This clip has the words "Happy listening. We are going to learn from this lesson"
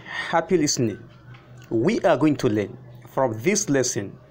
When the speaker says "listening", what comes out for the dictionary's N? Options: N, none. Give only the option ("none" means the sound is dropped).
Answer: N